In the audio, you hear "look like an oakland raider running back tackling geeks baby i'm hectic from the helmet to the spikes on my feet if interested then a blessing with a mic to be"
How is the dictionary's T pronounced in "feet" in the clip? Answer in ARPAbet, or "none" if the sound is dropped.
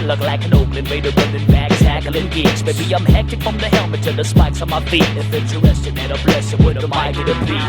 none